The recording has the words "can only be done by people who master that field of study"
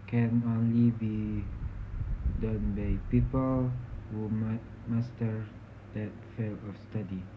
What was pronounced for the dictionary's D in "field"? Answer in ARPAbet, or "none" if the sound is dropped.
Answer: none